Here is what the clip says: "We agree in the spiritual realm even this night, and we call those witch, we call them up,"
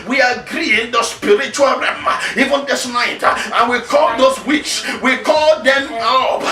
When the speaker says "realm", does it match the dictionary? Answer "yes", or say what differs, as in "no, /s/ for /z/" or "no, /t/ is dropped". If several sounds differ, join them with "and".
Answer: no, /l/ is dropped